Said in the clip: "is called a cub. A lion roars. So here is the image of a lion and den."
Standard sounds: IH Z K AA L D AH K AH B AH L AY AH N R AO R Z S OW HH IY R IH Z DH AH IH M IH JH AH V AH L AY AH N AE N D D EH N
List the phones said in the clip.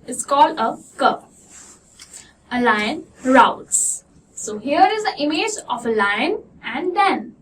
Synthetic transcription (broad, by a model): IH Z K AA L D AH K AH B AH L AY AH N R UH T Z S OW HH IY R IH Z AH IH M IH JH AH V AH L AY AH N AE N D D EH N